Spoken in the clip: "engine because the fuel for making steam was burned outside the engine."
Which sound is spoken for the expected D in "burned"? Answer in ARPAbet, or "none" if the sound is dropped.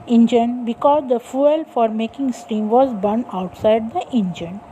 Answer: none